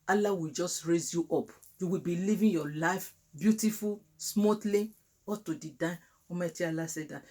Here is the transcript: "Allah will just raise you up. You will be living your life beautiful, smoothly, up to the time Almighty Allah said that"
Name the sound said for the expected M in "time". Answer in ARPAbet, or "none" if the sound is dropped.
none